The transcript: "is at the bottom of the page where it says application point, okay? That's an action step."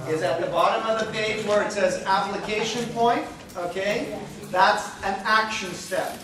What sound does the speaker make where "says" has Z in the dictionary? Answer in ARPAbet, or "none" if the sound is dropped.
Z